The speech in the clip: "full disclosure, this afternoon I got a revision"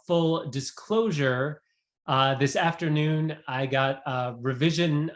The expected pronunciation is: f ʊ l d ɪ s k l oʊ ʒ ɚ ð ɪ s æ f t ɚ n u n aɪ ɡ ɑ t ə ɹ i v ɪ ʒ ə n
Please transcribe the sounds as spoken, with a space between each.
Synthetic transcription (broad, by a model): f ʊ l d ɪ s k l oʊ ʒ ɚ ð ɪ s æ f t ɚ n u n aɪ ɡ ɑ t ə ɹ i v ɪ ʒ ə n